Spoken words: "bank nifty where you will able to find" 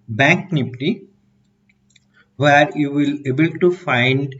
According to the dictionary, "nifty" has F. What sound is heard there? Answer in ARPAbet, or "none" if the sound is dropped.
P